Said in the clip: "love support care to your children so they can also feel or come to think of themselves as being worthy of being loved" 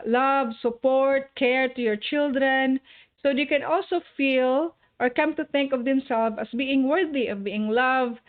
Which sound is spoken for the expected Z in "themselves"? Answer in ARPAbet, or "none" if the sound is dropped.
none